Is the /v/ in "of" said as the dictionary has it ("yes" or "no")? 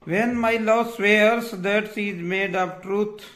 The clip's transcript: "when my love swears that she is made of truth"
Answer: no